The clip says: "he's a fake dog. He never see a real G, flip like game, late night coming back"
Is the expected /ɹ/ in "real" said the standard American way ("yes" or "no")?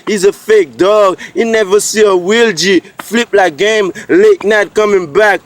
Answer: no